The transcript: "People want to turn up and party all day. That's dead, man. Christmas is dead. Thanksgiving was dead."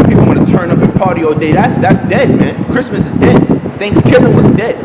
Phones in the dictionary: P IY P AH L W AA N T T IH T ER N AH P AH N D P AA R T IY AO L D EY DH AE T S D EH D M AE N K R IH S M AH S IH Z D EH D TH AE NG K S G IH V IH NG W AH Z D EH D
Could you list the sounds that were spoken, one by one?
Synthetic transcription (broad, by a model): P IY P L W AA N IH T ER N AH P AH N P AA R T IY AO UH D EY DH AE T S D EH D M AE N K R IH S M AH S IH Z D EH D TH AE NG K S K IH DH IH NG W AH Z D EH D